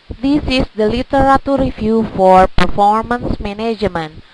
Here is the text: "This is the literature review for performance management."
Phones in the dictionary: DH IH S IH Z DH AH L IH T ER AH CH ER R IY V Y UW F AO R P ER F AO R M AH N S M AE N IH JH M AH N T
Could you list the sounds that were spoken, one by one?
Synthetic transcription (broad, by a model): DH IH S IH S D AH L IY T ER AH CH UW R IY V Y UW F AO R P ER F AO R M AH N S M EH N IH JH M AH N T